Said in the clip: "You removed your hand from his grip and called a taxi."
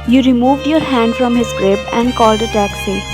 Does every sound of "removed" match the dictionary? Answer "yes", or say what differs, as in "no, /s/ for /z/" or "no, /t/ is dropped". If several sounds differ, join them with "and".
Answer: yes